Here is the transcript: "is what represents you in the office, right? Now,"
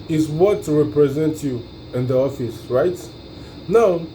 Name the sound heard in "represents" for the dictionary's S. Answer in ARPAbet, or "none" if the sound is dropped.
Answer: none